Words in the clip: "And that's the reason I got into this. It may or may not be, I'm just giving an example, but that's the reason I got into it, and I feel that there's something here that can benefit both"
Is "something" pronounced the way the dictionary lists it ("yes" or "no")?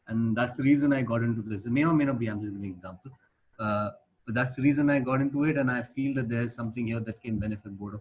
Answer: no